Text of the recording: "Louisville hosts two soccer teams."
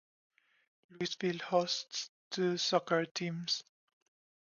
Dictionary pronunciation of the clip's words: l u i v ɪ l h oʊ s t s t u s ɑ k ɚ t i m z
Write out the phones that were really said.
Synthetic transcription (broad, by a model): l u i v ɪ l h oʊ s t s t u s ɑ k ɚ t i m s